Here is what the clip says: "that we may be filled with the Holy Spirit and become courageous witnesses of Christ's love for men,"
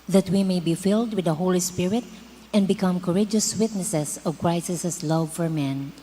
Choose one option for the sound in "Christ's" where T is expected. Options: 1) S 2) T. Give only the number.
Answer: 1